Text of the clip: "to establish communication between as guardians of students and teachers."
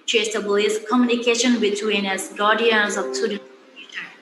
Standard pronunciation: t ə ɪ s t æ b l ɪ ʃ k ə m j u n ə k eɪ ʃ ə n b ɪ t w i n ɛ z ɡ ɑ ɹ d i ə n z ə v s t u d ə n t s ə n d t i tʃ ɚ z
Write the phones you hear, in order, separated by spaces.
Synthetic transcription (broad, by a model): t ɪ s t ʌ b l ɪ s k ə m j u n ə k eɪ ʃ ə n b ɪ t w i n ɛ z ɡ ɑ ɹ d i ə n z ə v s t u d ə t ə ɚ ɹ